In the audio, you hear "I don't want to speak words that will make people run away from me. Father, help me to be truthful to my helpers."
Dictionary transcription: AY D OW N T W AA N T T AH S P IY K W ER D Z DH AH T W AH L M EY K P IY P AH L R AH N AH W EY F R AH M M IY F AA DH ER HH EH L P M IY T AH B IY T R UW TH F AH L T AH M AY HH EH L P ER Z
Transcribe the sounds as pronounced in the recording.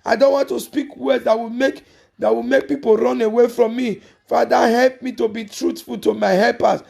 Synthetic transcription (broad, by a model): AY D OW N T W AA N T T AH S P IY K W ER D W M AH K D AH W M EY K P IY P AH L R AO N AH W EY F R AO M M IY F AA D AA HH EH L P M IY T AH B IY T R UW T F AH L T AH M AY HH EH L P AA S